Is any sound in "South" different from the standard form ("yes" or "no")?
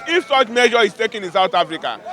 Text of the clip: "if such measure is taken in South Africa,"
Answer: yes